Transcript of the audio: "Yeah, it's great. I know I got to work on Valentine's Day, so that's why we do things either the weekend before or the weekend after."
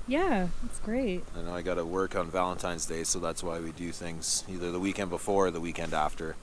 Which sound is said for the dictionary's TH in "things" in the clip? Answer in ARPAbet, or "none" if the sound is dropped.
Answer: TH